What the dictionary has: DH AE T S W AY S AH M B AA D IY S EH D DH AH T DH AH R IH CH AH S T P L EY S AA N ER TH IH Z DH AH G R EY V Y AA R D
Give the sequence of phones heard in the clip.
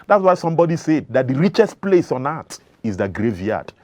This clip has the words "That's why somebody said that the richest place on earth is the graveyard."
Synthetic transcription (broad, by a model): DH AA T S W AY S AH M B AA D IY S EH D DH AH T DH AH R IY CH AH S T P L EY S AA N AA T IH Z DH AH G R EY V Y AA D